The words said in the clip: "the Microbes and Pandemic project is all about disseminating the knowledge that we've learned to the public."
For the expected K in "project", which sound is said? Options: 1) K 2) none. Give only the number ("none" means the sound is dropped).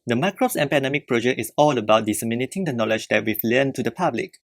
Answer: 2